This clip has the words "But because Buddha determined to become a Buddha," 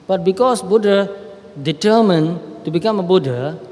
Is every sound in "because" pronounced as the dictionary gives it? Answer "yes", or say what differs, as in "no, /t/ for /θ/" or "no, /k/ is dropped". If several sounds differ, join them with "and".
no, /s/ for /z/